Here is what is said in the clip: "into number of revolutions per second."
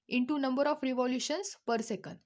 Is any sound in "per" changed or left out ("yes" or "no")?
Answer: no